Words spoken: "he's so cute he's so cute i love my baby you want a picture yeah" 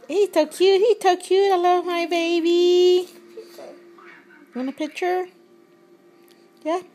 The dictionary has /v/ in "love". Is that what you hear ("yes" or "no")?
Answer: yes